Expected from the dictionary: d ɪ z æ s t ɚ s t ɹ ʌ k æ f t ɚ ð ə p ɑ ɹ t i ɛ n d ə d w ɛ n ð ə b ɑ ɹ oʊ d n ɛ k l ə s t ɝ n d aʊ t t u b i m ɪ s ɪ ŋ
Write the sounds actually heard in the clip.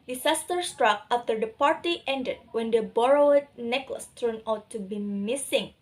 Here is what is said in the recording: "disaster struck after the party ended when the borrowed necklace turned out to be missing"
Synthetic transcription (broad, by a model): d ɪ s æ s t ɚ s t ɹ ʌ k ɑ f t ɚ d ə p ɑ ɹ t i ɛ n d ə d w ɛ n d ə b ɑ ɹ oʊ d n ɛ k l ə s t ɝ n aʊ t t u b i m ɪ s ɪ ŋ